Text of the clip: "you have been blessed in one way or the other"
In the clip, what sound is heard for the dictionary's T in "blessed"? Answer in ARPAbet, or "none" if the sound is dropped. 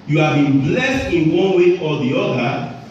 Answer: T